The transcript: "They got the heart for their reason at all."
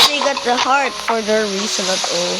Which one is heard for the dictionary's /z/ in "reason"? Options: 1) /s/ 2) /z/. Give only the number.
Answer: 1